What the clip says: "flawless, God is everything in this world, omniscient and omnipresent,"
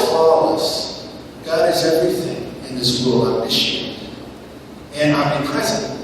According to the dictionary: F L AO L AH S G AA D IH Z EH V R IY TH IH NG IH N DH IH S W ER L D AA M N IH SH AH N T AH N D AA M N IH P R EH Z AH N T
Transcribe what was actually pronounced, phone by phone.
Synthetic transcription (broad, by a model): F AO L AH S G AA D IH Z EH V R IY TH IH NG IH N DH IH S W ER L AA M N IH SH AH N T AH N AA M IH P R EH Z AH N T